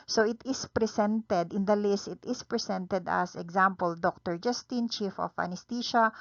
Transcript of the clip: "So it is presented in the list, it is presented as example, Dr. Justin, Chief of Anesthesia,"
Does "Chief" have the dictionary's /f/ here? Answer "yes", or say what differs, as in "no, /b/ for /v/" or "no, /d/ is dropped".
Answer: yes